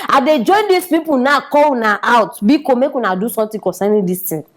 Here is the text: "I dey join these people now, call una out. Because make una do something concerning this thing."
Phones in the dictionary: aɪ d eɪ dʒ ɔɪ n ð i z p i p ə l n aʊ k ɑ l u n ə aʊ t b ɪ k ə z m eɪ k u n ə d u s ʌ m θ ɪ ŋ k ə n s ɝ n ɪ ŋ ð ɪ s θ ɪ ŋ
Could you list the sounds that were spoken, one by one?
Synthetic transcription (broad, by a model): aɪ d eɪ dʒ ɔɪ n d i s p i p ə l n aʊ k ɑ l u n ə aʊ t b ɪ k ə m eɪ k u n ə d u s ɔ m t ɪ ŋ k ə n s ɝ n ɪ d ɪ s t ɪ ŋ